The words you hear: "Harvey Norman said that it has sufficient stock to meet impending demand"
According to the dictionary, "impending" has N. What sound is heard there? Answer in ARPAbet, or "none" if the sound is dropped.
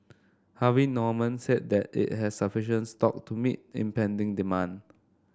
N